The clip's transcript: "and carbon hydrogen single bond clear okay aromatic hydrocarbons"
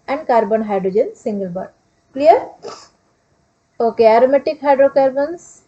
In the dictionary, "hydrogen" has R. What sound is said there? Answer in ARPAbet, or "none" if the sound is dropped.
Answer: R